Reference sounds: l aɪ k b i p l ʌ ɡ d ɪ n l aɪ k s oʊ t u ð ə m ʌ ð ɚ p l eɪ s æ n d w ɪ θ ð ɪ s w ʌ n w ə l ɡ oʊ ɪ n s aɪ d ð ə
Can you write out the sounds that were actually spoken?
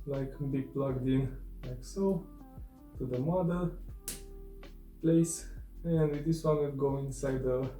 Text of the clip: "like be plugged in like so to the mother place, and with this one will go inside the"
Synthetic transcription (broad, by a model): l aɪ k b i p l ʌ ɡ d ɪ n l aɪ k s oʊ t u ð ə m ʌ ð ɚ p l eɪ s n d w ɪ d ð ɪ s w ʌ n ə n ɡ oʊ ɪ n s aɪ d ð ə